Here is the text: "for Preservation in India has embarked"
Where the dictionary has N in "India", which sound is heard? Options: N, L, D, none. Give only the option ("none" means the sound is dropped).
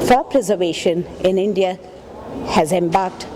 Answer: N